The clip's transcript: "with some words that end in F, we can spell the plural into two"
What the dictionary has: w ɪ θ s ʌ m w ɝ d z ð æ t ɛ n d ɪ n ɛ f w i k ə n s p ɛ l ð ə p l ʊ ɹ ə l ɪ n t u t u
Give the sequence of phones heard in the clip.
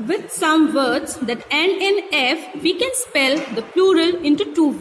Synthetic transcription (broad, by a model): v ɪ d s ʌ m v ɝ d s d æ t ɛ n ɪ n ɛ f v i k ə n s p ɛ l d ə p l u ɹ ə l ɪ n t u t u